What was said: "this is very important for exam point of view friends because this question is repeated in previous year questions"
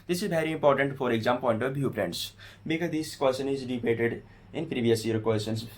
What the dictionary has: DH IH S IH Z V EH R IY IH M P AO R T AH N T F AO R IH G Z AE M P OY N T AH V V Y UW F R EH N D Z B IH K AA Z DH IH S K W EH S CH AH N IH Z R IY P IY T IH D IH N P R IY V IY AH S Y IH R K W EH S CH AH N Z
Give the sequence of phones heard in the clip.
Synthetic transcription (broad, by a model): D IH S IH Z V EH R IY IH M P AO R T AH N T F AO R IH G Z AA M P OY N T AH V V Y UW P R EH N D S B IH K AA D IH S K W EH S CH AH N IH Z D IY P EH T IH D IH N P R IY V IY AH S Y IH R K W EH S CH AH N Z